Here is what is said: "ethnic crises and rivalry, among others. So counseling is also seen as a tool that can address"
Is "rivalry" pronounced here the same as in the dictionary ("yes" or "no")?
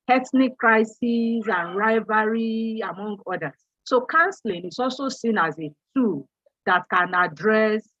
no